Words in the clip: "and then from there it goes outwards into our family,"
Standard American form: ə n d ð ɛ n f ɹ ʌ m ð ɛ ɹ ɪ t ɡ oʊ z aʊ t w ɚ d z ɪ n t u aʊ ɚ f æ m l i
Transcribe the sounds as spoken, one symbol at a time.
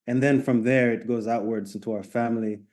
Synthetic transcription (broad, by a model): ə n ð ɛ n f ɹ ʌ m ð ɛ ɹ ɪ t ɡ oʊ z aʊ t w ɚ d z ɪ n t u aʊ ɚ f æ m l i